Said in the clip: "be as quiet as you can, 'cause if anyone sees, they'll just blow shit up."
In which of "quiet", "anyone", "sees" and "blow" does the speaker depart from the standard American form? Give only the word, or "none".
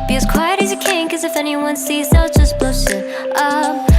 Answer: none